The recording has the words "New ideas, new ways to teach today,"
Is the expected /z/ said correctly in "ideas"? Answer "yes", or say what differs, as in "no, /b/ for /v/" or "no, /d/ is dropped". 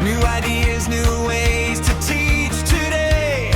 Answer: yes